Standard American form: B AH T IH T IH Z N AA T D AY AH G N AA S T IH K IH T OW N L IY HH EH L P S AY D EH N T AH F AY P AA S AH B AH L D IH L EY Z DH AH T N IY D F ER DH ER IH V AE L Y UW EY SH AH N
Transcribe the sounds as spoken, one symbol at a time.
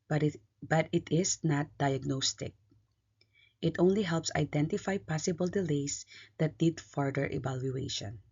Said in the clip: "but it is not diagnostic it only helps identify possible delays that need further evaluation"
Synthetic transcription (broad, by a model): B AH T IH T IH S N AA T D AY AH G N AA S T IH K IH T OW N L IY HH EH L P S AY D EH N T AH F AY P AA S AH B AH L D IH L EY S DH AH T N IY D F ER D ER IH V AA L Y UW EY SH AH N